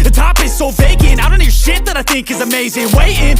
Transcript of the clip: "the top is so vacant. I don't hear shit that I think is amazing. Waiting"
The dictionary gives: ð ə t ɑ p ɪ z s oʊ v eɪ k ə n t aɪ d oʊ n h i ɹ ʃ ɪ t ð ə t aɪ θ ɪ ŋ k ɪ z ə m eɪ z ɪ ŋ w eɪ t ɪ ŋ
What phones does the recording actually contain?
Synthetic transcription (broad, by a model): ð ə t ɑ p ɪ z s oʊ b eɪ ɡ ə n aɪ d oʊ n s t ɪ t ð ə t aɪ θ ɪ ŋ k ɪ z ə m eɪ z ɪ ŋ w eɪ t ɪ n